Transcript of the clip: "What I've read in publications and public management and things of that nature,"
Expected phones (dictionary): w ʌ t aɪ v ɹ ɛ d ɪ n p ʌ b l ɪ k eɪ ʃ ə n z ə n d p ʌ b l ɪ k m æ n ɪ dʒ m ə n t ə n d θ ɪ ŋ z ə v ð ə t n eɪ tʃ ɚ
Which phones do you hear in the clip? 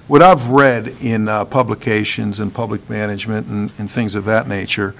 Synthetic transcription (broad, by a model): w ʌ t aɪ v ɹ ɛ d ɪ n p ʌ b l ɪ k eɪ ʃ ə n z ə n p ʌ b l ɪ k m æ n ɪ dʒ m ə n t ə n θ ɪ ŋ z ə v ð ə t n eɪ tʃ ɚ